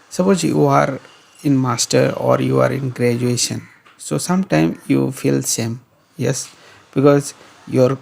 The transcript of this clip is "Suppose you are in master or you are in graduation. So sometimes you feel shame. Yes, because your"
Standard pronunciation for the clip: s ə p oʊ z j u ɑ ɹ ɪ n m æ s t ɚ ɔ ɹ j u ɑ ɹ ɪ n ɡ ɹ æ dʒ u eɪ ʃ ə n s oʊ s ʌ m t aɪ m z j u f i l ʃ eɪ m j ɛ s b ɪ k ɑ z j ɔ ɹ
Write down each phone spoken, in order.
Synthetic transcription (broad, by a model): s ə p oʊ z j u ɑ ɹ ɪ n m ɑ s t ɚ ɔ ɹ j u ɑ ɹ ɪ n ɡ ɹ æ dʒ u eɪ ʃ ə n s oʊ s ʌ m t aɪ m j u f i l s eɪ m j ɛ s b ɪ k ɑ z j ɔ ɹ